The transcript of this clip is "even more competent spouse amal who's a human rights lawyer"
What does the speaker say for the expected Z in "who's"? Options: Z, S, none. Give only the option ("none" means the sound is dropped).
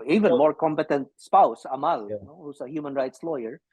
S